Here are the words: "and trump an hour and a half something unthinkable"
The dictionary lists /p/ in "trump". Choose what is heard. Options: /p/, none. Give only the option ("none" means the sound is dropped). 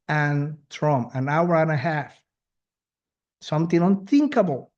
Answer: none